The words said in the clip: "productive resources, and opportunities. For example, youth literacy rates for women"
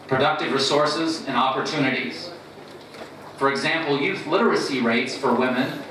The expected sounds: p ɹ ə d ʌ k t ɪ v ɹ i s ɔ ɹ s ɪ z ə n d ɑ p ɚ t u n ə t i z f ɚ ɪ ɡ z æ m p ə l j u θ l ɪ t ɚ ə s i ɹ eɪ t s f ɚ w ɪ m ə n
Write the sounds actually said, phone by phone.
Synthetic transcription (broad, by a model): p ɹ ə d ʌ k t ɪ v ɹ i s ɔ ɹ s ɪ z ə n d ɑ p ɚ t u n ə t i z f ɚ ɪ ɡ z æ m p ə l j u θ l ɪ t ɚ ə s i ɹ eɪ t s f ɚ w ɪ m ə n